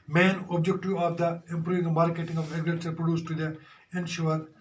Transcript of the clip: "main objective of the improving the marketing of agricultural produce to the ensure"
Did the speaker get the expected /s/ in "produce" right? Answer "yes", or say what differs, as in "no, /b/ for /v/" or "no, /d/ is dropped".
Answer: yes